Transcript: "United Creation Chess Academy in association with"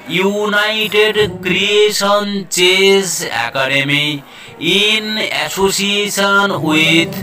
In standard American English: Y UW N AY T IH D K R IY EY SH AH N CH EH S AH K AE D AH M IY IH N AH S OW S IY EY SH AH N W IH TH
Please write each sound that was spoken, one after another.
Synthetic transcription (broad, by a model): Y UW N AY T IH D K R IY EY S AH N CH EH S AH K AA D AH M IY IH N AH S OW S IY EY S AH N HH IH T